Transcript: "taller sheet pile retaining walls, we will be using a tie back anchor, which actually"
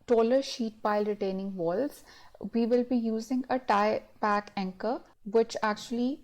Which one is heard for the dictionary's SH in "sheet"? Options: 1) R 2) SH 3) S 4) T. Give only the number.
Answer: 2